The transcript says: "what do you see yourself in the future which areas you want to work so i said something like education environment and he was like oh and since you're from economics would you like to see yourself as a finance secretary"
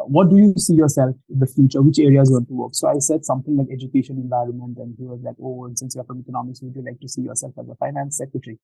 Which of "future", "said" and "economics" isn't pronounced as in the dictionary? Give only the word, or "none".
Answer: none